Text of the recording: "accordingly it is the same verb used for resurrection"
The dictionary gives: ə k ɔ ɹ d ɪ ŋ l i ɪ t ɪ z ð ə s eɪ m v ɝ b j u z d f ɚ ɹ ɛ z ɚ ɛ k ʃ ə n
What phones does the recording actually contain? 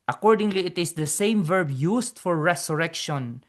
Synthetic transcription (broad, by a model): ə k ɔ ɹ d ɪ ŋ l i ɪ t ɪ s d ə s eɪ m v ɝ b j u s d f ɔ ɹ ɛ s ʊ ɛ k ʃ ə n